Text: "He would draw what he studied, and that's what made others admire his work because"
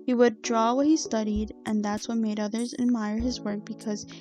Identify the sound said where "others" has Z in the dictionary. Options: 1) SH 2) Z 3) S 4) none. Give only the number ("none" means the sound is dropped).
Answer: 2